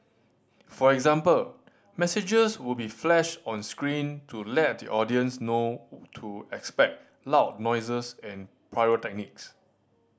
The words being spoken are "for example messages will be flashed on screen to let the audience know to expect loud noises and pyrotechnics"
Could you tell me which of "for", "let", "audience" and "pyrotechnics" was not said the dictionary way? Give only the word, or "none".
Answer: pyrotechnics